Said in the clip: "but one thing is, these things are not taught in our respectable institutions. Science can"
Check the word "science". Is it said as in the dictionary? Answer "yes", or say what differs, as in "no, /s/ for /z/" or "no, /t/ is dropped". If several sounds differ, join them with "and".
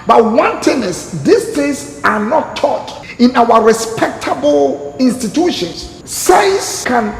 no, /n/ is dropped